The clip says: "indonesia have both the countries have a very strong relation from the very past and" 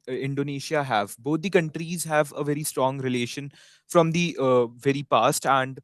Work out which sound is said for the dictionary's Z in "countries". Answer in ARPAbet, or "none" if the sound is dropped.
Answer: Z